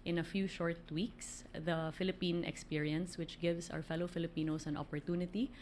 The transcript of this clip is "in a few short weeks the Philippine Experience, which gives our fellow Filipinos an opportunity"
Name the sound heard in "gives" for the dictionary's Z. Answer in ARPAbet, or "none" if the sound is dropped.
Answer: S